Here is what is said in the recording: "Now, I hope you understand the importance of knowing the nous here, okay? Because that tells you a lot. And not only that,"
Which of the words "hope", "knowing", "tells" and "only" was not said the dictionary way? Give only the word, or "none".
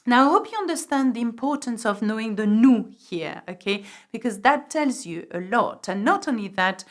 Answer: none